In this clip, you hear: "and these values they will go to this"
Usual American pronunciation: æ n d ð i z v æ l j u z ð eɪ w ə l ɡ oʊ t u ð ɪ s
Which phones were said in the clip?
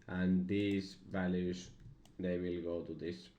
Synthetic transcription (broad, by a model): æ n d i s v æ l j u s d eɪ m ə l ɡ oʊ t u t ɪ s